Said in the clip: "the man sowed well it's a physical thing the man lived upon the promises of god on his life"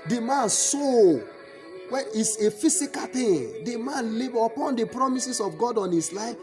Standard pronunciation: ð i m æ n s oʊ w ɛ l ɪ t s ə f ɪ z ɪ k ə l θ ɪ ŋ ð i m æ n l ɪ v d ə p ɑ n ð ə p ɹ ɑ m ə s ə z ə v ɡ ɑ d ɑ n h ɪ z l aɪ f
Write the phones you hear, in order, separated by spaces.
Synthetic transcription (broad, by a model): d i m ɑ n s oʊ w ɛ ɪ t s ə f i s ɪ k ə l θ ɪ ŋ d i m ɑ n l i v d ə p ɑ n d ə p ɹ ɑ m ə s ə s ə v ɡ ɑ d ɑ n h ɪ s l aɪ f